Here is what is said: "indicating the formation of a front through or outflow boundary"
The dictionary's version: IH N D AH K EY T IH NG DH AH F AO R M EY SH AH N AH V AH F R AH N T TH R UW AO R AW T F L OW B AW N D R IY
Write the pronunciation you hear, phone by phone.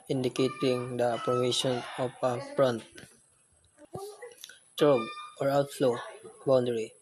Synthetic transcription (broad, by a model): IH N D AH K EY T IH NG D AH P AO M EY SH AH N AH P AH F R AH N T T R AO AO R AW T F L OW B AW N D R IY